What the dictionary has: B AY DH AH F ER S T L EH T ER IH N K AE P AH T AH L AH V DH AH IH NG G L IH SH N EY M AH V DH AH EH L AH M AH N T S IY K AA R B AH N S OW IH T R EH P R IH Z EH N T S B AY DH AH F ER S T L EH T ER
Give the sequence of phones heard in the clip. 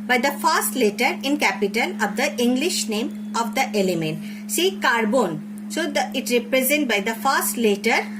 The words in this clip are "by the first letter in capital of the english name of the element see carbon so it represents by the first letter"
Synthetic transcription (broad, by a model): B AY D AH F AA S T L EH T ER IH N K AE P AH T AH L AH V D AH IH NG G L IH SH N EY M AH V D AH EH L AH M AH N T S IY K AA R B AH N S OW IH T R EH P R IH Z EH N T B AY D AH F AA S T L EH T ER